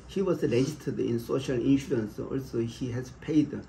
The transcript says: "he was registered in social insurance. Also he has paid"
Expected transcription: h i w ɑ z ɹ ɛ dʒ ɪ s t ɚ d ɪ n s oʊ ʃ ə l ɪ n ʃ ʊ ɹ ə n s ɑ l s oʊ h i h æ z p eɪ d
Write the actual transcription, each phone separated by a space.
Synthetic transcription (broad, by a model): h i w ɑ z l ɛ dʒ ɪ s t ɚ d ɪ n s oʊ ʃ ə l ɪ n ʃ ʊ ɹ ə n s ɑ l s oʊ h i h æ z p eɪ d